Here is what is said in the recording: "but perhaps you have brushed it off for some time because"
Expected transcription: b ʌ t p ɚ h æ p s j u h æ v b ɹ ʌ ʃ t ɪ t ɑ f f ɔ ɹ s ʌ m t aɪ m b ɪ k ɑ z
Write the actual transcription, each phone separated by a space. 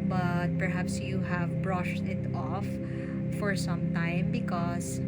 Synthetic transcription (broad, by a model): b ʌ t p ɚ h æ p s j u h æ v b ɹ ʌ ʃ t ɪ t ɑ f f ɔ ɹ s ʌ m t aɪ m b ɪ k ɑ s